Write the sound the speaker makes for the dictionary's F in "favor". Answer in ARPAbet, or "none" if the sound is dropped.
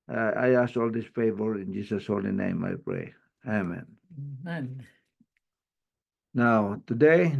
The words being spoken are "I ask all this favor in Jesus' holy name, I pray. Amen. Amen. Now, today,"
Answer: F